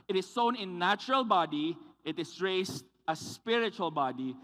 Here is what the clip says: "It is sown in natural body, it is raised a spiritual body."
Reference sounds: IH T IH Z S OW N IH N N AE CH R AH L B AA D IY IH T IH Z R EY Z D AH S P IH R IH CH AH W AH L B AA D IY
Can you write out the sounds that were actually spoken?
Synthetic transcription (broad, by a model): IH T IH S OW N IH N N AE CH R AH L B AA D IY IH T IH S R EY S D AH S P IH R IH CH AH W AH L B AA D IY